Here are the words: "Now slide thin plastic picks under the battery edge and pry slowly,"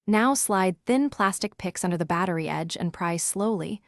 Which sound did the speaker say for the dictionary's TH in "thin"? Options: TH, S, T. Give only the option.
TH